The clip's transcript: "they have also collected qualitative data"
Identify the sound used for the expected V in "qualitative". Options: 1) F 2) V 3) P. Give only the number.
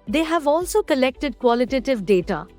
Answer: 2